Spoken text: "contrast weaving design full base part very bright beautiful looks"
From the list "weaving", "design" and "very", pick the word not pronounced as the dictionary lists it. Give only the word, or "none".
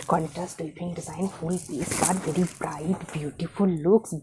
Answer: weaving